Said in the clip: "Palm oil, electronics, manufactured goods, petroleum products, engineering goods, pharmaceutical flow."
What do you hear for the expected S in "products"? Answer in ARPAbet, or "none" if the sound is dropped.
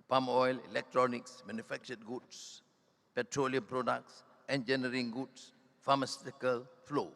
S